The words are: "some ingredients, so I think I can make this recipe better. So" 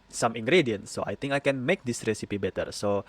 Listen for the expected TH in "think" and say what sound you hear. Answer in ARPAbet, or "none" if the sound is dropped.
T